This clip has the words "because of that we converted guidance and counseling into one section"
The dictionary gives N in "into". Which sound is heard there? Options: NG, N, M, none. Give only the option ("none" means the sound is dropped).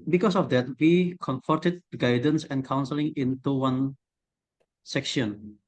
N